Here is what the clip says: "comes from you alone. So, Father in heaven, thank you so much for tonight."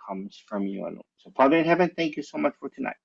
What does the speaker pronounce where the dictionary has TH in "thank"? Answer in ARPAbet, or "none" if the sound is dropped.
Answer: TH